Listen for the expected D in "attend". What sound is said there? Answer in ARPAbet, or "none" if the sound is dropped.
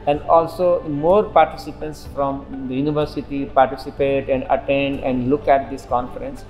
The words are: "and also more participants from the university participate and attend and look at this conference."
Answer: D